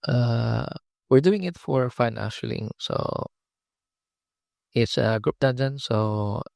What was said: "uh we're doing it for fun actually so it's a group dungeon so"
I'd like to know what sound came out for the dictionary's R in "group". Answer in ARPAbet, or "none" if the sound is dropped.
R